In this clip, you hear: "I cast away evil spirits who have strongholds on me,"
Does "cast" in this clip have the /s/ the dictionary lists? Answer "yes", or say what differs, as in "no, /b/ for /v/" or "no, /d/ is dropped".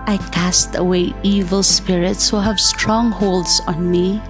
yes